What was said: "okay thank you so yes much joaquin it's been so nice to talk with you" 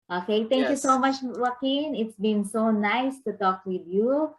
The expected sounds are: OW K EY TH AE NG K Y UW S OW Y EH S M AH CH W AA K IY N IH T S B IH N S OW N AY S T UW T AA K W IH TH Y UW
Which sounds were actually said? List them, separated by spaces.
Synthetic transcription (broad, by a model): OW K EY T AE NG K Y UW S OW M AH CH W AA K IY N IH T S B IH N S OW N AY S T UW T AA K W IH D Y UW